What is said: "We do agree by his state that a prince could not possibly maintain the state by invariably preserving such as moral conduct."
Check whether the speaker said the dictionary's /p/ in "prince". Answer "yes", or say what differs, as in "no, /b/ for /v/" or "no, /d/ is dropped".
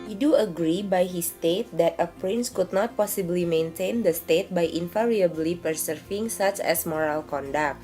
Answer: yes